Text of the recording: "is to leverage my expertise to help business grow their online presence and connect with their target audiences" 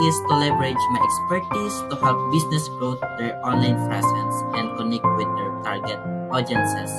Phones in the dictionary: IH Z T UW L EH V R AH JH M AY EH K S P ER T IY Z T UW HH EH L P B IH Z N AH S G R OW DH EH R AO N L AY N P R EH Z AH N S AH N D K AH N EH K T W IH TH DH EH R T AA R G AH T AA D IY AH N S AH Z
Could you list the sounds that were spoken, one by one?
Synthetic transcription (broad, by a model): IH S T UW L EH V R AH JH M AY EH K S P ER T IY S T UW HH EH L P B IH S N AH S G R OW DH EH R AO N L AY N F R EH S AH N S AH N D K AH N EH K T W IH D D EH R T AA R G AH T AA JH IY N S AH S